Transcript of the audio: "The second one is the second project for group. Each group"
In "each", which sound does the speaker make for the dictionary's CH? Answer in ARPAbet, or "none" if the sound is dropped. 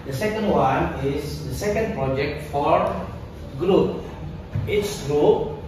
S